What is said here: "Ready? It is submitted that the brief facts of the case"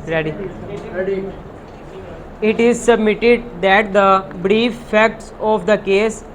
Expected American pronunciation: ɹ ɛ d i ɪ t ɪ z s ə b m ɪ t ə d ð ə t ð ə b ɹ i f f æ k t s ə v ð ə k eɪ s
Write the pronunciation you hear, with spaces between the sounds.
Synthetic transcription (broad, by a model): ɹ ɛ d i ɪ t ɪ z s ə b m ɪ t ə d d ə t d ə b ɹ i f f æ k t s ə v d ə k eɪ s